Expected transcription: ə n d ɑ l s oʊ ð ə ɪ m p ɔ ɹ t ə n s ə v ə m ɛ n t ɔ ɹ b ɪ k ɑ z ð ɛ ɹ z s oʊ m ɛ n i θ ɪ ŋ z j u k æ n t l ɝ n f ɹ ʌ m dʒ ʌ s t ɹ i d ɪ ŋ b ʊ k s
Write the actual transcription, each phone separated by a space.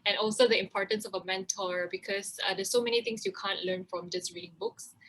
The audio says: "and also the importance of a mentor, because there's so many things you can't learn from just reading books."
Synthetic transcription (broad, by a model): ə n ɑ l s oʊ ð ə ɪ m p ɔ ɹ t ə n s ə v ə m ɛ n t ɔ ɹ b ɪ k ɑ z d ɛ s oʊ m ɛ n i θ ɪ ŋ s j u k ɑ n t l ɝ n f ɹ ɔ m dʒ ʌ s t ɹ i d ɪ ŋ b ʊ k s